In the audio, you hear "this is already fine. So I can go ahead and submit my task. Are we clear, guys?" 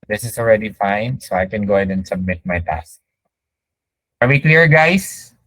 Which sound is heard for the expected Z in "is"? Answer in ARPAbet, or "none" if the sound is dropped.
S